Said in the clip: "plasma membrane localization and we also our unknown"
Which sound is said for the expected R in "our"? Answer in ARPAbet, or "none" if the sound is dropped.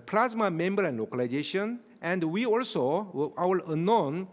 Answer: W